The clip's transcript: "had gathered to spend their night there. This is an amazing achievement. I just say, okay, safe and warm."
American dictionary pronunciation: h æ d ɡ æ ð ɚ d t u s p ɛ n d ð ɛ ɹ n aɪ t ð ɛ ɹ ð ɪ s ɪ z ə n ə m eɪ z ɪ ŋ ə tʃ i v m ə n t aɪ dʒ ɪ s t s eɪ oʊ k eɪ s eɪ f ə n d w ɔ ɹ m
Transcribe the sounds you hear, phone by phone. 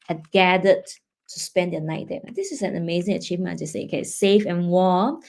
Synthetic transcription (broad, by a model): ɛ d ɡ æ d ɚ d t u s p ɛ n d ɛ n aɪ t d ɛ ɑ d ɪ s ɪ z ə n ə m eɪ z ɪ ŋ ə tʃ i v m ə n aɪ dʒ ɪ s s eɪ oʊ k eɪ s eɪ f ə n w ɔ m